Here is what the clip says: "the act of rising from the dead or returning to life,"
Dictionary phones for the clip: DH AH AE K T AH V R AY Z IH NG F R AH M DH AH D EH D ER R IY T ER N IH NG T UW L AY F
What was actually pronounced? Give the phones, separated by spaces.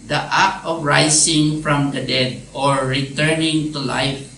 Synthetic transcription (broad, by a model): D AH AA T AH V R AY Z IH NG F R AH M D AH D EH D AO R IY T ER N IH NG T UW L AY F